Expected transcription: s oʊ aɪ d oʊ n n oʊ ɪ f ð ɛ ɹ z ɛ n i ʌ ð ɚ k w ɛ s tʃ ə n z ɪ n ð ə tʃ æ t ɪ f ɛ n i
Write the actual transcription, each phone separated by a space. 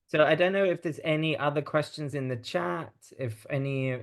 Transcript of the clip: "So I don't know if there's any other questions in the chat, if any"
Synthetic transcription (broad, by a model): s oʊ aɪ d oʊ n n oʊ ɪ f ð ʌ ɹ z ɛ n i ʌ ð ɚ k w ɛ s tʃ ə n z ɪ n ð ə tʃ æ t ɪ f ɛ n i